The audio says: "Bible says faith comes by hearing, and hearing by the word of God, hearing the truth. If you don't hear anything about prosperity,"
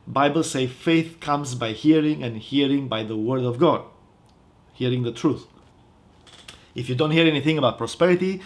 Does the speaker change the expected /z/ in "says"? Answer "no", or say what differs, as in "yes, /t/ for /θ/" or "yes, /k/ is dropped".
yes, /z/ is dropped